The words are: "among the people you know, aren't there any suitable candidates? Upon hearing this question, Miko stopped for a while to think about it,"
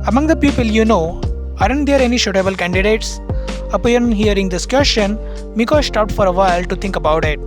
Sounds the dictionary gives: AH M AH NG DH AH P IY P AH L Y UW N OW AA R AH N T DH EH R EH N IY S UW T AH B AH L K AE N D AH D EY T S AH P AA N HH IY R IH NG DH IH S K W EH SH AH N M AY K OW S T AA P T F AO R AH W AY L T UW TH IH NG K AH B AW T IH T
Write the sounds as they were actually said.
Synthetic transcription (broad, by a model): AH M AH NG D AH P IY P AH L Y UW N OW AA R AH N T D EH R EH N IY SH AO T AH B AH L K AE N D AH D EY T S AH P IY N HH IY R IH NG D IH S K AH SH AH N M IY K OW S T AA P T F AO R AH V AY L T UW T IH NG K AH B AW T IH T